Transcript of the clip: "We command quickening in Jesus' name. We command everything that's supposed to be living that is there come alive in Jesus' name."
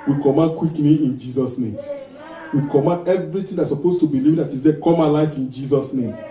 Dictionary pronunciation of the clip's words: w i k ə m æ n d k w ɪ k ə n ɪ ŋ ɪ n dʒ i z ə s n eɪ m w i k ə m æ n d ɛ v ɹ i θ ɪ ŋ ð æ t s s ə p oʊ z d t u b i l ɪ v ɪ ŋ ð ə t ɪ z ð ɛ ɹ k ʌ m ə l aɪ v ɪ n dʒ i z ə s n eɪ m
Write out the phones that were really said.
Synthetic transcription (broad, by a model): w i k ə m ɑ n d k w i k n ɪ ɪ n dʒ i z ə s n eɪ m w i k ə m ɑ n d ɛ v ɹ i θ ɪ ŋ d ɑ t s s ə p oʊ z t u b i l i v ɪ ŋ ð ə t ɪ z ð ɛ k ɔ m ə l aɪ f ɪ n dʒ i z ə s n eɪ m